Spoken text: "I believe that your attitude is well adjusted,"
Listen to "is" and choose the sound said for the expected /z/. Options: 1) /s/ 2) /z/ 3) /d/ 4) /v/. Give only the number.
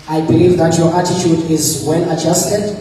2